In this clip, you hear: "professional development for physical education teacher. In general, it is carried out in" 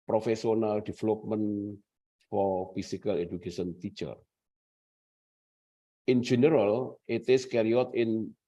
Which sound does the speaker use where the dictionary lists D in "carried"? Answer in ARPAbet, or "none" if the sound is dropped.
none